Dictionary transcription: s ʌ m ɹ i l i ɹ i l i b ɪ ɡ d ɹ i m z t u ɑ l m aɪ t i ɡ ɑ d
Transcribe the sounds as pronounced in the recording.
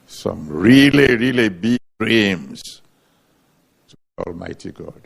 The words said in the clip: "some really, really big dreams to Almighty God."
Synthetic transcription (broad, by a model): s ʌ m ɹ i l i ɹ i l i b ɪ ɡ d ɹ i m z t u ɑ l m aɪ t i ɡ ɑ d